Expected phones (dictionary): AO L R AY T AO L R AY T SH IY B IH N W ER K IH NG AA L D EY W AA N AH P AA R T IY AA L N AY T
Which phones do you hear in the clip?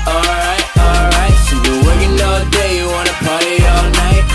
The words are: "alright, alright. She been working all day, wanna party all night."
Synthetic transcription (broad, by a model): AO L R AY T AO L R AY T S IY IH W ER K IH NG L D EY W AA N AH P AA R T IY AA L N AY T